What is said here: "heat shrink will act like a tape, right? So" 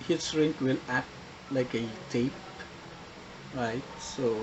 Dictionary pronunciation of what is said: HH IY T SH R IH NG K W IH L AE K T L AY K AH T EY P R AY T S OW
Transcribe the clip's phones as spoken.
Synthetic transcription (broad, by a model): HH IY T S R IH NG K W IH L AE T L AY K AH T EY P R AY T S OW